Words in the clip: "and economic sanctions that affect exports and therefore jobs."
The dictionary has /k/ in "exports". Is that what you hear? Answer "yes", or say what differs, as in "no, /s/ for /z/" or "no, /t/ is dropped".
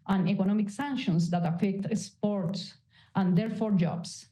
no, /k/ is dropped